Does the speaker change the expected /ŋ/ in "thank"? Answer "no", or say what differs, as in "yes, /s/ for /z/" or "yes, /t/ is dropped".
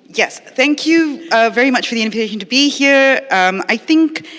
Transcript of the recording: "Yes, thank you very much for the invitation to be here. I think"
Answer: no